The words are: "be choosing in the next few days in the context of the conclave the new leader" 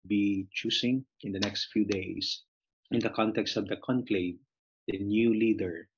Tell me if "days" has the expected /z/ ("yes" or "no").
no